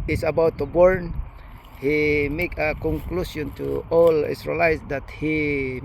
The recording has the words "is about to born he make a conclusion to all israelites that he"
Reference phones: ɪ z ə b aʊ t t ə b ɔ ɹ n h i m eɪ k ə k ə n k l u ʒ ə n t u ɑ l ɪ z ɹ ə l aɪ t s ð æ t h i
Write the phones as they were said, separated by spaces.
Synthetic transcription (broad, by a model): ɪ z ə b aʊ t t ə b ɔ ɹ n h i m eɪ k ə k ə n k l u s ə n t u ɑ l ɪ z ɹ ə l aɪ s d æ t h i